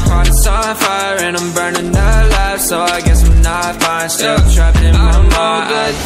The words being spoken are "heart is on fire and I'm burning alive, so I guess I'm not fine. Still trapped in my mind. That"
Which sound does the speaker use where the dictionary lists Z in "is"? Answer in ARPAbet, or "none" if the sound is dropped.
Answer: S